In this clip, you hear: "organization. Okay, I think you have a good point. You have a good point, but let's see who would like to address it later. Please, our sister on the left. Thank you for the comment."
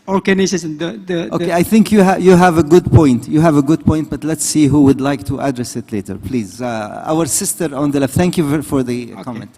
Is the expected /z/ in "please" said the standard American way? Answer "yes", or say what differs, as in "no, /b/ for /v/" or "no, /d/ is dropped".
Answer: yes